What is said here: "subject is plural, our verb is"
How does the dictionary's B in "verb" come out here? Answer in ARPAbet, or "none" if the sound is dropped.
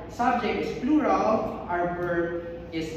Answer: none